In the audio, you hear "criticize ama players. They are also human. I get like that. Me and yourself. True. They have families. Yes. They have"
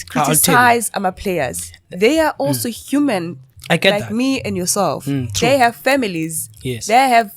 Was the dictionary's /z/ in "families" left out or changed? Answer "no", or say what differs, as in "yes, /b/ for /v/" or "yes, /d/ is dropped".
no